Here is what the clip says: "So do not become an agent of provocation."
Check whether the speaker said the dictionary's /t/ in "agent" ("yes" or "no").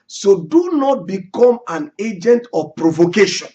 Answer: yes